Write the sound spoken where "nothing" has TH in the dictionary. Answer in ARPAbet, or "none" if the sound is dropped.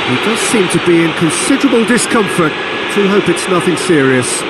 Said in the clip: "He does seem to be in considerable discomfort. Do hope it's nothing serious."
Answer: TH